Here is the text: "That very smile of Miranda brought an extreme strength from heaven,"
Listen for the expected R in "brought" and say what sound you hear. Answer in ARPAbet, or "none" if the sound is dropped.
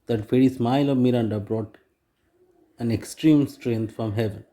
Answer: R